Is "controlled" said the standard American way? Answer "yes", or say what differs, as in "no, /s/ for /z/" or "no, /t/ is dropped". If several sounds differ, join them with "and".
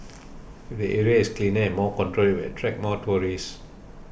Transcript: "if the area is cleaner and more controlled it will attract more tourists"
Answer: no, /d/ is dropped